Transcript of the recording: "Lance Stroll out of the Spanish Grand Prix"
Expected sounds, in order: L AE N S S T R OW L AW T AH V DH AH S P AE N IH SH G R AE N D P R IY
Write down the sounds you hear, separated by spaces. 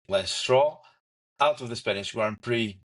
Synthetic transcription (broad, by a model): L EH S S T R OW AW T AH V DH AH S P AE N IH S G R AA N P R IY